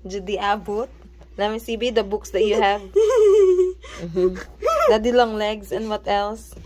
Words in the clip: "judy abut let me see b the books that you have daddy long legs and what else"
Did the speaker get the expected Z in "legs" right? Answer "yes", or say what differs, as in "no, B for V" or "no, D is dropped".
no, S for Z